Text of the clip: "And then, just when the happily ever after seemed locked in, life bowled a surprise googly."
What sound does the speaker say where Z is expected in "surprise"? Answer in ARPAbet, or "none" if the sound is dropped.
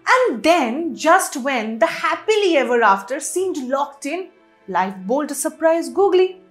Z